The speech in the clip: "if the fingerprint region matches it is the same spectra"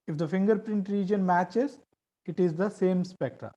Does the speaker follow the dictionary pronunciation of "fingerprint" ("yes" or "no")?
yes